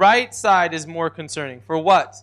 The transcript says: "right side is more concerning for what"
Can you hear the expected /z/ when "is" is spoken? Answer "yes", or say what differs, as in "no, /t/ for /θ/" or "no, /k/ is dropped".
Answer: yes